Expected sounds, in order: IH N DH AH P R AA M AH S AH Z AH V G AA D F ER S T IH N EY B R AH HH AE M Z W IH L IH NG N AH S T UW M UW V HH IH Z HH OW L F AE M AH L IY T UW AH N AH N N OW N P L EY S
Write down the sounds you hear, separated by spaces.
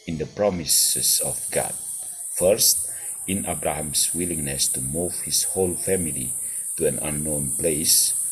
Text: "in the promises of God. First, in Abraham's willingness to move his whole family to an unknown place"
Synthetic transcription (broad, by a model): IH N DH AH P R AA M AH S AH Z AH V G AA D F ER S T IH N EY B R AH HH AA M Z W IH L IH NG N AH S T UW M UW V HH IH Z HH OW L F AE M AH L IY T UW AH N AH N N OW N P L EY S